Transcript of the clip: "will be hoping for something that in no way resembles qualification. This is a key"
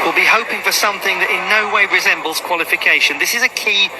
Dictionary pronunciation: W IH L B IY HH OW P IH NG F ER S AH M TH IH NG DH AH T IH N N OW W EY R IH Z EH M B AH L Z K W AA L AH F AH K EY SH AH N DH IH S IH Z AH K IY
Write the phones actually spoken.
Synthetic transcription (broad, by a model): W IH L B IY HH OW P IH NG F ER S AH M TH IH NG DH AH T IH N N OW W EY R IH Z EH M B AH L Z K W AA L AH F AH K EY SH AH N DH IH S IH Z AH K IY